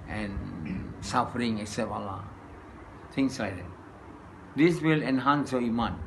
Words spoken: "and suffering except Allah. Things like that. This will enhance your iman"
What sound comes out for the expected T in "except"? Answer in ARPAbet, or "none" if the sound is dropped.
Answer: none